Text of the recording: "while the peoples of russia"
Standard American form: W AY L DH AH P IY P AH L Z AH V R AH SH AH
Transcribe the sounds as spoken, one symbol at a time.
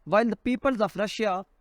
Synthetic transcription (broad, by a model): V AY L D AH P IY P AH L Z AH P R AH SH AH